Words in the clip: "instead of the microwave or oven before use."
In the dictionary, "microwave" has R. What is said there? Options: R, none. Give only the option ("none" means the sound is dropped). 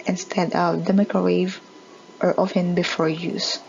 none